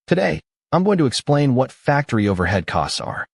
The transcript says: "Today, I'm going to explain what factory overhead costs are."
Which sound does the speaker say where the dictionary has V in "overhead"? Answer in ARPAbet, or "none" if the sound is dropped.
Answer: V